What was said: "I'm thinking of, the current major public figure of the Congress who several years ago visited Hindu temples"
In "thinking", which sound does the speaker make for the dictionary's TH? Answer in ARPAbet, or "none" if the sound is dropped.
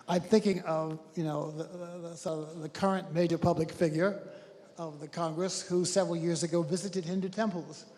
TH